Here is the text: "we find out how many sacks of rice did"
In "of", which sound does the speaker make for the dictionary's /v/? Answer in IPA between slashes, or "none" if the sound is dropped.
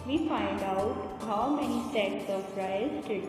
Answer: /p/